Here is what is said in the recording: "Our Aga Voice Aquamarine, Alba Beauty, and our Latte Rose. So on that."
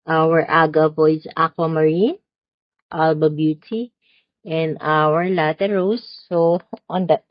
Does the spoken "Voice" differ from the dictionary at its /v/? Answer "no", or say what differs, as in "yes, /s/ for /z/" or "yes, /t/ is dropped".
yes, /p/ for /v/